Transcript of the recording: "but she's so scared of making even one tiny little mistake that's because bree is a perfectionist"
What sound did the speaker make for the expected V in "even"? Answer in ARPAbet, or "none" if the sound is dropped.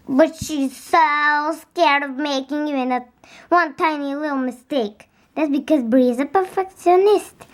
none